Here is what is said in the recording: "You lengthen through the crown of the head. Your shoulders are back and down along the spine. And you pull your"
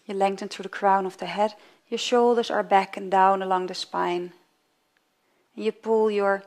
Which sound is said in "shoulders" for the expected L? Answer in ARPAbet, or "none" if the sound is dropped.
L